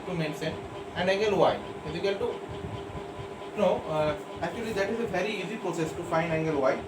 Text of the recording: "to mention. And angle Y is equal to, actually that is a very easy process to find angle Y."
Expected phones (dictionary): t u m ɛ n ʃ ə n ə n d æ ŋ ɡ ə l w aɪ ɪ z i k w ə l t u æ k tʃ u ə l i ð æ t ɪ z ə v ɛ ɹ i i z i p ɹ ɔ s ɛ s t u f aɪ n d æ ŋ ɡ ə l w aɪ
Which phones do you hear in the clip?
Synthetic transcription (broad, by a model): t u m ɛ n s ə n ə n d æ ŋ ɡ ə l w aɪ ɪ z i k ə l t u æ k tʃ u ə l i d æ t ɪ z ə v ɛ ɹ i i z i p ɹ ɔ s ɛ s t u f aɪ n d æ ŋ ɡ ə l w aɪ